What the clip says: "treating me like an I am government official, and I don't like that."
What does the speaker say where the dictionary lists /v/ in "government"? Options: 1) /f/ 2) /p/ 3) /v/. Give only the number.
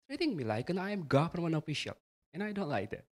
1